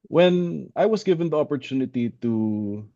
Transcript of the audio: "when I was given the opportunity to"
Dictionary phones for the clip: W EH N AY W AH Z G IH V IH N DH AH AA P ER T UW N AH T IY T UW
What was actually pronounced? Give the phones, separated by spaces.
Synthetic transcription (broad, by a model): W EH N AY W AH S G IH V IH N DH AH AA P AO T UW N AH T IY T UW